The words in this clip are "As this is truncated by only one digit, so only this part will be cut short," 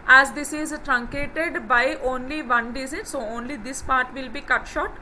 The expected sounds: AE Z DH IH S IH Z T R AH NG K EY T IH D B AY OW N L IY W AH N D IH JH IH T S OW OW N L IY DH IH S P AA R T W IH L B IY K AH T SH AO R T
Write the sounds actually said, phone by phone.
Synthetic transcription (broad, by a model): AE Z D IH S IH Z T R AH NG K EY T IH D B AY OW N L IY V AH N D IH Z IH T S OW OW N L IY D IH S P AA R T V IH L B IY K AH T SH AO T